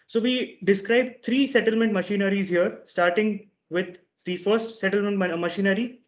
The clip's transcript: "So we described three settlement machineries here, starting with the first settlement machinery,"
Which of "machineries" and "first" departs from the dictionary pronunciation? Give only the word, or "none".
none